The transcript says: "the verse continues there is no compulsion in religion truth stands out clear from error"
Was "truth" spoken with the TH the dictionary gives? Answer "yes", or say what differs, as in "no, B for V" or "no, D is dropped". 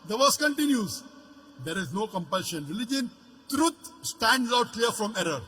no, T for TH